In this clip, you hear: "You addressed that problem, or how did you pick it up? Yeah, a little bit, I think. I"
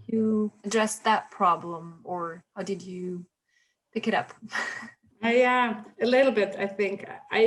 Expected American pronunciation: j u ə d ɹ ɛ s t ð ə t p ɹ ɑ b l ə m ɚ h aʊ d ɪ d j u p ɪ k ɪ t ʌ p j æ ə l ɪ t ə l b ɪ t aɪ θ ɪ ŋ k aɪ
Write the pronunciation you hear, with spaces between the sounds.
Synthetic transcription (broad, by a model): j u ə d ɹ ɛ s ð ə t p ɹ ɑ b l ə m ɚ h aʊ d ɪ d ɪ p ɪ k ɪ t ʌ p j æ ə l ɪ t l b ɪ t aɪ θ ɪ ŋ k aɪ